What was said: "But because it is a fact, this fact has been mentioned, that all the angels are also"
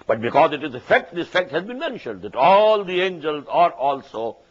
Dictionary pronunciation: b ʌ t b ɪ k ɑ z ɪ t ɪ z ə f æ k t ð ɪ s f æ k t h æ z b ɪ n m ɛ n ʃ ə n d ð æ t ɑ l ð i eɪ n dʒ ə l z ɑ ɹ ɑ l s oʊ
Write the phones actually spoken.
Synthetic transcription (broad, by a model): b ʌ t b ɪ k ɑ z ɪ t ɪ z ə f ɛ k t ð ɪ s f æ k t h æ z b ɪ n m ɛ n ʃ ə n d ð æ t ɑ l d i eɪ n dʒ ə l z ɑ ɹ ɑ l s oʊ